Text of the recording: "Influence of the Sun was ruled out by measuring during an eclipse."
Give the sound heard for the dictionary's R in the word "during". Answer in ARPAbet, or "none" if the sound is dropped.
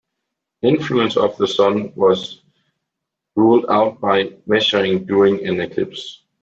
none